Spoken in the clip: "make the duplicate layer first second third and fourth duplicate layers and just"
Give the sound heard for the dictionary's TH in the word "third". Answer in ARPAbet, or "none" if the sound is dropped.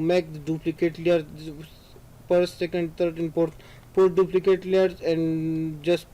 T